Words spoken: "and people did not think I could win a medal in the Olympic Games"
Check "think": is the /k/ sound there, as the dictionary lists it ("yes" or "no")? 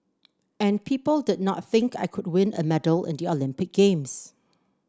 yes